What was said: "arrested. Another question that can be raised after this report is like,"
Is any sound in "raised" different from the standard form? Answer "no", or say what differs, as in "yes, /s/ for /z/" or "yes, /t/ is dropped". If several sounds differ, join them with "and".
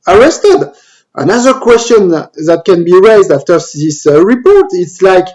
no